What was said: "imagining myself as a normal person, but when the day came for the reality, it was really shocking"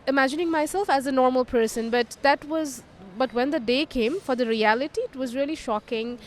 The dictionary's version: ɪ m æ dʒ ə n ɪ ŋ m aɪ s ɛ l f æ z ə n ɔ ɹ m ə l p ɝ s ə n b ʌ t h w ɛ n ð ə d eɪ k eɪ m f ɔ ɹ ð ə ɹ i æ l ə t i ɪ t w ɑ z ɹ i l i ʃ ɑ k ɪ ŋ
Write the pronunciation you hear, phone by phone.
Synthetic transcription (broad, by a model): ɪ m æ dʒ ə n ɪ ŋ m aɪ s ɛ l f æ z ə n ɔ ɹ m ə l p ɝ s ə n b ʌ t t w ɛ n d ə d eɪ k eɪ m f ɔ ɹ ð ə ɹ i æ l ə t i ɪ t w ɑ z ɹ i l i ʃ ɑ k ɪ ŋ